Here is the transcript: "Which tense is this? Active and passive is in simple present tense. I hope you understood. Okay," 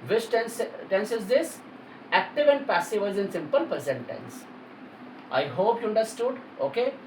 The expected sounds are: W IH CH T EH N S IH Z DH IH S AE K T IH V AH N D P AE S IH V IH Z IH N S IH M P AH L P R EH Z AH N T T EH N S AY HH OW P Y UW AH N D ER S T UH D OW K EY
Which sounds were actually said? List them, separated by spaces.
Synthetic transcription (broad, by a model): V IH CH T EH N S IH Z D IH S AE K T IH V AH N D P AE S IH V IH Z IH N S IH M P AH L P EH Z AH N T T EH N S AY HH OW P Y UW AH N D ER S T UH D OW K EY